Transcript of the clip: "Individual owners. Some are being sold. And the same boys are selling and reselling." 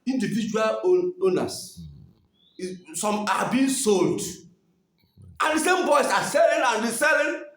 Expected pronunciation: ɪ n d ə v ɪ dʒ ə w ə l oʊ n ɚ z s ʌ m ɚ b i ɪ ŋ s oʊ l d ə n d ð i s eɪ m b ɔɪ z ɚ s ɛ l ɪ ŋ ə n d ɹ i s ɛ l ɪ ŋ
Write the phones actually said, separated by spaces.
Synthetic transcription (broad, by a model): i n d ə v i dʒ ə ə l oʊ n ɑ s s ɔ m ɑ b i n s oʊ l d ə n d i s eɪ m b ɔɪ s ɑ s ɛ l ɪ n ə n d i s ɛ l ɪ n